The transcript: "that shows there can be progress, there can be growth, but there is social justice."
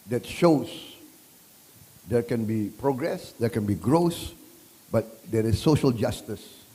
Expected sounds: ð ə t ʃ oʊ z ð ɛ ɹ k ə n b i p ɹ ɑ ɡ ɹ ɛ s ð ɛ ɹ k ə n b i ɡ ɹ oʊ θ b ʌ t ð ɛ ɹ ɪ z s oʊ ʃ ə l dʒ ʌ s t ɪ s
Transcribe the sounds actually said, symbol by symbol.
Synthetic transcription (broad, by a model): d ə t ʃ oʊ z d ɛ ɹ k ə n b i p ɹ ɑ ɡ ɹ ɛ s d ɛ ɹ k ə n b i ɡ ɹ oʊ s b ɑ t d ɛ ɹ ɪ s oʊ ʃ ə l dʒ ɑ s t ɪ s